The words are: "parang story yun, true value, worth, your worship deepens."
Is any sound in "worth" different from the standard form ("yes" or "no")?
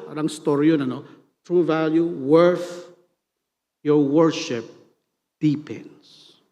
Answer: yes